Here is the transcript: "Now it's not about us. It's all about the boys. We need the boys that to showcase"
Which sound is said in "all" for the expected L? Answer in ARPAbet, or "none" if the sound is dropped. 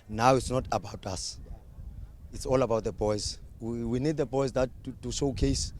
L